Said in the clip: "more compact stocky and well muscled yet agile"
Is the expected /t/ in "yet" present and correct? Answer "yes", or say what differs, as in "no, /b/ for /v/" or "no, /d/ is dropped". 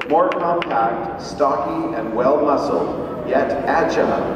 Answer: yes